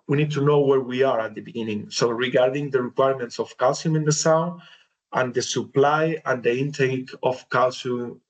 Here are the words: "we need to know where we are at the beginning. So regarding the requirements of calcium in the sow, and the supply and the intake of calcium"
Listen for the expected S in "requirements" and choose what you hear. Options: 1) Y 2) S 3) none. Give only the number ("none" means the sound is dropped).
2